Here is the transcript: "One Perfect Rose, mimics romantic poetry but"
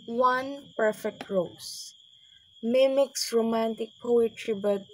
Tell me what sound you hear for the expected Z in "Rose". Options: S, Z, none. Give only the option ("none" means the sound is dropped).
S